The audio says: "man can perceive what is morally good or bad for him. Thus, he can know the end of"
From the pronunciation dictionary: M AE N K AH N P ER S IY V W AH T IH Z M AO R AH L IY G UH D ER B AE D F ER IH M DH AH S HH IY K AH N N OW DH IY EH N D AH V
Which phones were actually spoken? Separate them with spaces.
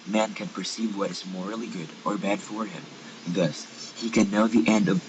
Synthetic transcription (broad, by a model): M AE N K AH N P ER S IY V W AH T IH Z M AO R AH L IY G UH D ER B AE D F ER IH M DH AH S HH IY K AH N N OW DH IY EH N D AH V